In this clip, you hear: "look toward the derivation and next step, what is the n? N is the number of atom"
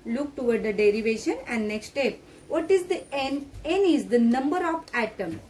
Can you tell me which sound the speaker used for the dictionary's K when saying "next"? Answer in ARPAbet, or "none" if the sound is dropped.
K